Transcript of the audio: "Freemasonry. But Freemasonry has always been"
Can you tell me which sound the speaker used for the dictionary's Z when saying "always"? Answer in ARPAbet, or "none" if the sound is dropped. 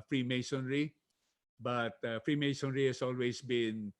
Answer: S